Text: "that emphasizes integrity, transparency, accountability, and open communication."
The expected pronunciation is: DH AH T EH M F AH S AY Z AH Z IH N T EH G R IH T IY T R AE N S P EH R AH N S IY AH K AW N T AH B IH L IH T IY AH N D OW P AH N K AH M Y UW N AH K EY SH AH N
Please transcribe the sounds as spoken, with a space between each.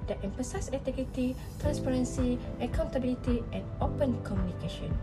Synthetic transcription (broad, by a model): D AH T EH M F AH S AY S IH T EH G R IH T IY T R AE N S P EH R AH N S IY AH K AW N T AH B IH L IH T IY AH N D OW P AH N K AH M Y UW N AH K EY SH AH N